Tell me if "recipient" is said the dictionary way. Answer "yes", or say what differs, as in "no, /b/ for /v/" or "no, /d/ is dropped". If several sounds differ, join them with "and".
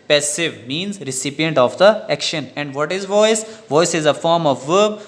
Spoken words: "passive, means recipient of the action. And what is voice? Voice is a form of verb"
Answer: yes